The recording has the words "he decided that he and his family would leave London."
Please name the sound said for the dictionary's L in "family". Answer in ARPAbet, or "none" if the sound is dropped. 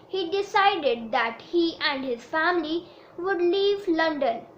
L